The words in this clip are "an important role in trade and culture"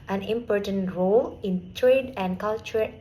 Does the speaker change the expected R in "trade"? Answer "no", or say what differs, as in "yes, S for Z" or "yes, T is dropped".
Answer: no